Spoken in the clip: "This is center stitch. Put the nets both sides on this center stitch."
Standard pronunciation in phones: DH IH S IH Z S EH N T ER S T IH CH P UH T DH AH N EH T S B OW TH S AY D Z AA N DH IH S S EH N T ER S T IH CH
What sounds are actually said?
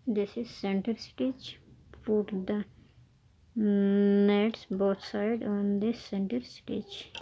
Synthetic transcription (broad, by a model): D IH S IH Z S EH N T ER S T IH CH P UH T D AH N EH T S B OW T S AY D AA N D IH S S EH N T ER S T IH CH